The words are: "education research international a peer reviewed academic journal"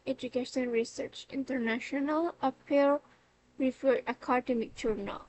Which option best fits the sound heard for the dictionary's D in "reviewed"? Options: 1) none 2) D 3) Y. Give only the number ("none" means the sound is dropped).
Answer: 1